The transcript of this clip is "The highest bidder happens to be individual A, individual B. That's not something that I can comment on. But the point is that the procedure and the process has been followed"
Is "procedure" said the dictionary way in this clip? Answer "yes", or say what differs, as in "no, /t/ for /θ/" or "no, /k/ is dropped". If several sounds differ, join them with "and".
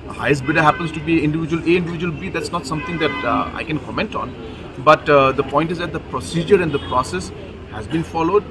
yes